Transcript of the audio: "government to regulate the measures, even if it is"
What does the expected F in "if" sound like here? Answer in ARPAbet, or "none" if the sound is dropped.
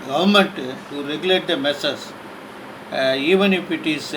P